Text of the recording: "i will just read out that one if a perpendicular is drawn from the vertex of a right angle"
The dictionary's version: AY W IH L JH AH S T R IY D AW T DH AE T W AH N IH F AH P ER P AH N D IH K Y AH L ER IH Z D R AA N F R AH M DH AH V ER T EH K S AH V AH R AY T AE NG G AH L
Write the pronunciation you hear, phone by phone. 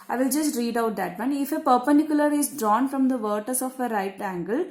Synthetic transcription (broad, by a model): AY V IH L JH AH S T R IY D AW T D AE T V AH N IH F AH P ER P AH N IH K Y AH L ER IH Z D R AA N F R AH M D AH V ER T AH S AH F AH R AY T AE NG G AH L